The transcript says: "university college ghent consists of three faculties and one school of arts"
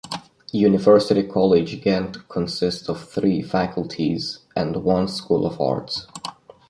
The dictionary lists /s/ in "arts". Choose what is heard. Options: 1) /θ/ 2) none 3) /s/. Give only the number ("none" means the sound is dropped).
3